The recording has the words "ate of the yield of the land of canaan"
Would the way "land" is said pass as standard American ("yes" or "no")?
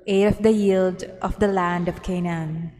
yes